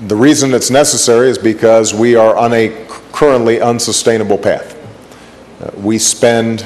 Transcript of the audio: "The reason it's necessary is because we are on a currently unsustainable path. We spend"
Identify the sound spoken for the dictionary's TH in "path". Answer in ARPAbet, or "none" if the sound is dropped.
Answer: TH